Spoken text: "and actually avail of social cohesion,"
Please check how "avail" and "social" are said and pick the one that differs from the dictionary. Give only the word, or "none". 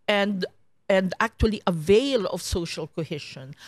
none